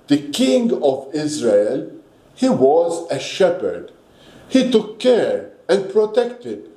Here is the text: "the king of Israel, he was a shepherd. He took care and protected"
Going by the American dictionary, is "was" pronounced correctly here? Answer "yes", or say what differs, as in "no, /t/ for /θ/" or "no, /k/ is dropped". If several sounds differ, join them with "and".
yes